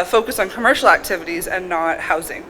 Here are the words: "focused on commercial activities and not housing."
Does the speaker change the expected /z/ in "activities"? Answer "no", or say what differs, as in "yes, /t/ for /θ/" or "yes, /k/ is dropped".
no